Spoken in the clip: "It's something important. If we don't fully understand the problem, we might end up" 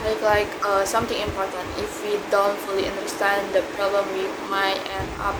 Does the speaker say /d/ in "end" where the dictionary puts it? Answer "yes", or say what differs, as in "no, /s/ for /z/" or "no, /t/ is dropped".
no, /d/ is dropped